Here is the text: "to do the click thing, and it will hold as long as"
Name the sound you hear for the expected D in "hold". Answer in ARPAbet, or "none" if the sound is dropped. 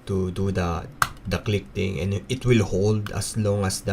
D